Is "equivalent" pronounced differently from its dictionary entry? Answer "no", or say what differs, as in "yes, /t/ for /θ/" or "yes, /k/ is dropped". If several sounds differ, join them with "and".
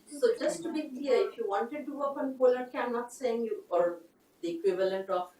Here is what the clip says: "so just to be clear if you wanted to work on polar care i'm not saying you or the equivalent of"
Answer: no